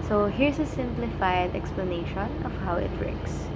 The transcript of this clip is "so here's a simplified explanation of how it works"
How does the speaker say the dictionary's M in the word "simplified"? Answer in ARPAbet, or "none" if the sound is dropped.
M